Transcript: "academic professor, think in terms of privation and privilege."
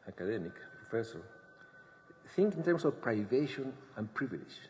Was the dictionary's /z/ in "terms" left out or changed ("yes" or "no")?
yes